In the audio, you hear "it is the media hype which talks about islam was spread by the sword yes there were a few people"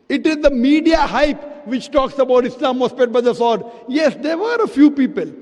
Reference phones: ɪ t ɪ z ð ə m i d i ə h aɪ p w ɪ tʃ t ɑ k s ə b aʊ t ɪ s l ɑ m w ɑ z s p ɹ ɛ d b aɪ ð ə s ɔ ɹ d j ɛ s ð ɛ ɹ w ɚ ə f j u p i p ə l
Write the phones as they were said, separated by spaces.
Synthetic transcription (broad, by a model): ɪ t ɪ z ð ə m i d i ə h aɪ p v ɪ tʃ t ɑ k s ə b aʊ t ɪ s l ɑ m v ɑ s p ɛ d b aɪ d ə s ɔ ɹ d j ɛ s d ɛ ɹ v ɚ ə f j u p i p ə l